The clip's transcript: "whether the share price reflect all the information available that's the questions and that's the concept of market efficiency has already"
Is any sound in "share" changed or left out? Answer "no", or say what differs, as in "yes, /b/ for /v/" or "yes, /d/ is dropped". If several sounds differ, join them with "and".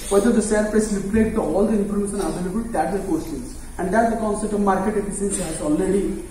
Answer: yes, /s/ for /ʃ/